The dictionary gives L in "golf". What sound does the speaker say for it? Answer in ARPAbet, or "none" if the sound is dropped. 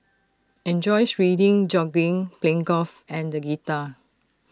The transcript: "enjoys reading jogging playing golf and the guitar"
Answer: none